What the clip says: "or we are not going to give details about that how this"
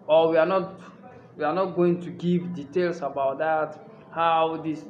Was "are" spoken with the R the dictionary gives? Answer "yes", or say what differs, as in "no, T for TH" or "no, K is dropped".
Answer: no, W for R